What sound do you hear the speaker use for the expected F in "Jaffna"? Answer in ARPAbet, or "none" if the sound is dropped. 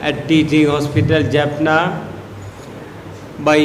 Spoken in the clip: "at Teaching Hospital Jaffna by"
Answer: P